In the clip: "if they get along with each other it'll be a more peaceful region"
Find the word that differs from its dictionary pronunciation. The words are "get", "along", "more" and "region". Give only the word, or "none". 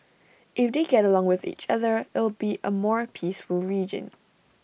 none